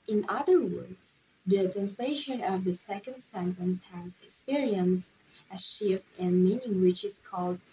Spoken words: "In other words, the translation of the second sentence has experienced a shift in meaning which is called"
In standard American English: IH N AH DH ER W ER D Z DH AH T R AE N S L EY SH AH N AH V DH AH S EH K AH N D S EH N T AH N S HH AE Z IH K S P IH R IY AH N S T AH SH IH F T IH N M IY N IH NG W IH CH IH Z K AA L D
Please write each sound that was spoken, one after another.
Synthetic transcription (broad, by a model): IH N AH DH ER W ER D Z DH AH T R AE N S L EY SH AH N AH V DH AH S EH K AH N D S EH N T AH N S HH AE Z IH K S P IH R IY AH N S T AH SH IH F T IH N M IY N IH NG W IH CH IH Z K AA L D